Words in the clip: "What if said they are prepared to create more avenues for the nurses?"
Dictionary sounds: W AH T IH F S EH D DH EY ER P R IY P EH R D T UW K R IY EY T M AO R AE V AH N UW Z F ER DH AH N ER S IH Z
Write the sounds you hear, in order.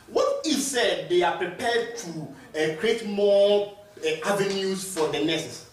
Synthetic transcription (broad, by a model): W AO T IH S EH D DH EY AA P R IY P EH D T UW K R IY EY T M AO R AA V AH N UW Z F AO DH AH N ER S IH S